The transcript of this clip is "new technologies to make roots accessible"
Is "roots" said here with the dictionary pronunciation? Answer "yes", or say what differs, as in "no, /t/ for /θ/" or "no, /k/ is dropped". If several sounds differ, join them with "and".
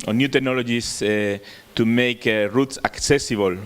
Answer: yes